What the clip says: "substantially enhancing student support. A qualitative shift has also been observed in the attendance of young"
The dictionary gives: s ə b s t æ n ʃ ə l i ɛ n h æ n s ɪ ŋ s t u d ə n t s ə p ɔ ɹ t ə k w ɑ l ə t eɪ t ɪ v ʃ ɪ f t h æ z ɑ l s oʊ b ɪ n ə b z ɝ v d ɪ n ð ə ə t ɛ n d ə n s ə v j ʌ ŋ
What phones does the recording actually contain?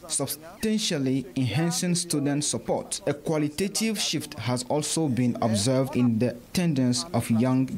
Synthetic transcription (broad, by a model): s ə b s t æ n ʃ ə l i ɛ n h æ n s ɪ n s t u d ə n t s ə p ɔ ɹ t ə k w ɑ l ə t eɪ t ɪ v ʃ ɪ f t h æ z ɑ l s oʊ b ɪ n ə b z ɝ v d ɪ n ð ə ə t ɛ n d ə n s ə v j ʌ ŋ